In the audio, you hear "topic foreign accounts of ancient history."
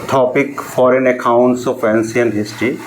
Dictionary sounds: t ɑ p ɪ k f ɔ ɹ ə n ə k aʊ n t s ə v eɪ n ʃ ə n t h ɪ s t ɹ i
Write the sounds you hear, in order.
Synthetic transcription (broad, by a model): t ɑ p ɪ k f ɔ ɹ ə n ə k aʊ n t s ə p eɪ n s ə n h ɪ s t ɹ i